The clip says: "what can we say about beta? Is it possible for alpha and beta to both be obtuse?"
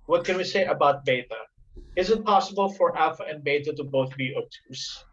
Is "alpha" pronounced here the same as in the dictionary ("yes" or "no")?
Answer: no